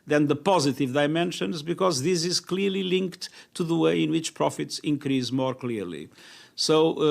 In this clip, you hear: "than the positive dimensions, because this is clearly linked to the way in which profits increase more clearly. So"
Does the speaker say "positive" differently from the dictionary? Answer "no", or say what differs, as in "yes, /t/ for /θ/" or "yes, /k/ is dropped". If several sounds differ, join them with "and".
no